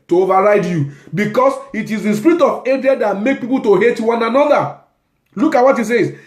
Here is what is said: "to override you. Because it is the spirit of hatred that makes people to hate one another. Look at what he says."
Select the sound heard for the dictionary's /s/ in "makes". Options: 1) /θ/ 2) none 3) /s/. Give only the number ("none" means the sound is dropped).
2